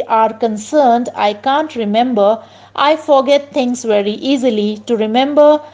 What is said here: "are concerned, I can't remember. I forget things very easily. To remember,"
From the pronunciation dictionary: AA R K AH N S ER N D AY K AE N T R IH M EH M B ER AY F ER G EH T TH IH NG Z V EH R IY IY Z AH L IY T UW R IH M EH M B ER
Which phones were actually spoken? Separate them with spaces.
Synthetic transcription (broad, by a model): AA R K AH N S ER N D AY K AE N T R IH M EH M B ER AY F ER G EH T T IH NG S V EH R IY IY Z AH L IY T UW R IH M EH M B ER